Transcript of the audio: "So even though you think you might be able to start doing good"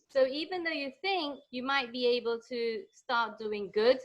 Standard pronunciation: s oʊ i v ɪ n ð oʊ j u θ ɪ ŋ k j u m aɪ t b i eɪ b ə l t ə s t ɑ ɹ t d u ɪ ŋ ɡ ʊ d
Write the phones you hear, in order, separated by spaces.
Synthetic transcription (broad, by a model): s oʊ i v ɪ n ð oʊ j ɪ θ ɪ ŋ k j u m aɪ t b i eɪ b ə l t ə s t ɑ ɹ t d u ɪ ŋ ɡ ʊ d